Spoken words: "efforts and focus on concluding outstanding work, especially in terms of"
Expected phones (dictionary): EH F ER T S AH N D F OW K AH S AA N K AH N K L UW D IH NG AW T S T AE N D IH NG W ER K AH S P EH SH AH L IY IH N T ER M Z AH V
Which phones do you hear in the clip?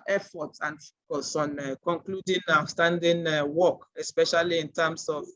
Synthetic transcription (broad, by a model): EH F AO T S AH N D F OW K AH S AA N K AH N K L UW D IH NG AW S T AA N D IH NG W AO K AH S P EH SH AH L IY IH N T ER M S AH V